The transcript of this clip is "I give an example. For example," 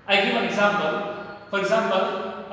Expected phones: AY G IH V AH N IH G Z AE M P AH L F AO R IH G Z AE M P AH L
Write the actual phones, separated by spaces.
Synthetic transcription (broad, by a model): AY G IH F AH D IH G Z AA M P AH L F AO R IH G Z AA M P AH L